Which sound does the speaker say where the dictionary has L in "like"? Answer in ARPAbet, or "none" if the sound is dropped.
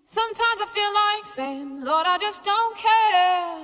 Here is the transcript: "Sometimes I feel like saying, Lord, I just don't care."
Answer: L